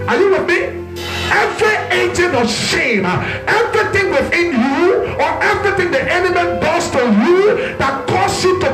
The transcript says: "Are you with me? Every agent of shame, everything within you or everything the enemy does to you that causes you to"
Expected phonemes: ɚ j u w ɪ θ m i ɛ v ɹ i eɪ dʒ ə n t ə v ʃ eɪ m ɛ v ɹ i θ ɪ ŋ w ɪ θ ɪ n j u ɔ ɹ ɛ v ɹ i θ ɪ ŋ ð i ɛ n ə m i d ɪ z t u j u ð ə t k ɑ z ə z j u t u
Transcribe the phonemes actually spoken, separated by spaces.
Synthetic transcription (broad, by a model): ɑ j u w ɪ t m i ɛ v ɹ i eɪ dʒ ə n ə ʃ eɪ m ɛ v ɹ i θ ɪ ŋ w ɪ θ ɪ n j u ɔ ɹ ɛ v ɹ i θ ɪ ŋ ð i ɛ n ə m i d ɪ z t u j u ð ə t k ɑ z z j u t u